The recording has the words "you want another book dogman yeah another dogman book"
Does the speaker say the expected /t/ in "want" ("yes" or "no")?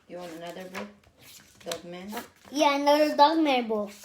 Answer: no